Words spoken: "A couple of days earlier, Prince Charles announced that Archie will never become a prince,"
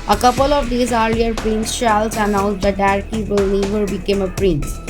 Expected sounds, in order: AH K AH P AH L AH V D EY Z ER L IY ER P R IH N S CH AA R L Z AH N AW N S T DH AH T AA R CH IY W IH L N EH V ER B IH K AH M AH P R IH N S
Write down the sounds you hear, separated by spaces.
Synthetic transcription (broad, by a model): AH K AH P AH L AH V D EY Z ER L IY ER P R IH N S SH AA L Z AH N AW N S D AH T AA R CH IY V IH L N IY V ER B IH K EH M AH P R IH N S